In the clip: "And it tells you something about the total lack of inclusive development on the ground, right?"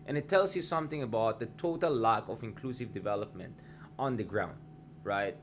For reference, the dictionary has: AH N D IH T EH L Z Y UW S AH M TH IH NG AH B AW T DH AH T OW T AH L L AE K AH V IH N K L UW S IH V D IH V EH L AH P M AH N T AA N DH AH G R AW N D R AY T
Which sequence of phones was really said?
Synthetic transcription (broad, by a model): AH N IH T EH L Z Y UW S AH M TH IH NG AH B AW T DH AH T OW T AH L L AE K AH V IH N K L UW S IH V D IH V EH L AH P M AH N T AA N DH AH G R AW N D R AY T